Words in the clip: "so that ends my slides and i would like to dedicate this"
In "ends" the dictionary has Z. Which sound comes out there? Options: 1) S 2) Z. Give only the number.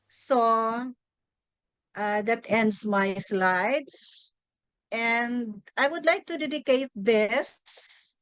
1